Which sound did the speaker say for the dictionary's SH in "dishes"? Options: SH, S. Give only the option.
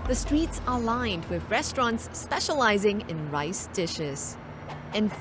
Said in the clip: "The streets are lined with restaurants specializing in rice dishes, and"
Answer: SH